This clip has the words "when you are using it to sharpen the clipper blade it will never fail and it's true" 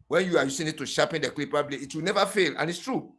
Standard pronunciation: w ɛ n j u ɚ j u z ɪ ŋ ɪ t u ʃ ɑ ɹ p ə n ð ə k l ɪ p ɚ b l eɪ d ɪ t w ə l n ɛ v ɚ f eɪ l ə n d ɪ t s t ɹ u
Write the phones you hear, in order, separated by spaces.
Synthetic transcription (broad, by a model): w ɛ n j u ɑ j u s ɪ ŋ ɪ t u ʃ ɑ p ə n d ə k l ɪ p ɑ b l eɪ ɪ t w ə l n ɛ v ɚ f eɪ l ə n ɪ t s t ɹ u